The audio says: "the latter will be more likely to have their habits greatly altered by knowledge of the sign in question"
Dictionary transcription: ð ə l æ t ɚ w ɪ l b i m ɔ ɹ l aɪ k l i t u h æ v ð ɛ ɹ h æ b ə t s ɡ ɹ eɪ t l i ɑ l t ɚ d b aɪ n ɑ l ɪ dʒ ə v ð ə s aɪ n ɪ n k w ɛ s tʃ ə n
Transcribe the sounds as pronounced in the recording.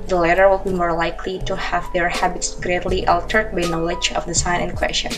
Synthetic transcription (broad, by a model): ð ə l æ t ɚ w ɪ l b i m ɔ ɹ l aɪ k l i t u h æ v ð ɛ ɹ h æ b ə t s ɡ ɹ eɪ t l i ɑ l t ɚ d b aɪ n ɑ l ɪ dʒ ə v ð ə s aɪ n ɪ n k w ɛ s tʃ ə n